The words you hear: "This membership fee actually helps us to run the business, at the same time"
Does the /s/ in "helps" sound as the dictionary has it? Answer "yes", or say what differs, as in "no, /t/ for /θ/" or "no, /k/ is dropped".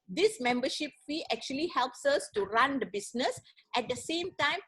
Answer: yes